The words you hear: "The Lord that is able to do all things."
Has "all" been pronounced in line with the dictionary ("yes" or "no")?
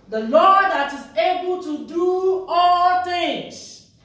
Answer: yes